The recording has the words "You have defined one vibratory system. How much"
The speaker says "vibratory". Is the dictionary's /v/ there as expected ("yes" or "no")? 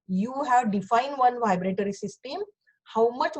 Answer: yes